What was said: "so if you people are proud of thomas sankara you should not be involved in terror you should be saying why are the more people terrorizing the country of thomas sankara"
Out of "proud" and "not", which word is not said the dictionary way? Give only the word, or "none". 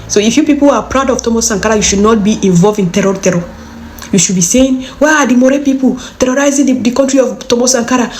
none